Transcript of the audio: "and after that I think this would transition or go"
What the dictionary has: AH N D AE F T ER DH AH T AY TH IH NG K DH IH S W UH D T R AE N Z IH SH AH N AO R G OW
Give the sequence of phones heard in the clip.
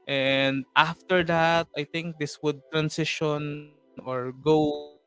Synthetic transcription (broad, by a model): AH N D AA F T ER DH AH T AY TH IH NG K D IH S W UH D T R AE N S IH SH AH N AO R G OW